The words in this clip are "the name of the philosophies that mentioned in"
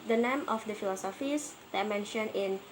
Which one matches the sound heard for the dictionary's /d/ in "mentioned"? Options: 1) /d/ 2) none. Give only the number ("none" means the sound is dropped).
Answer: 2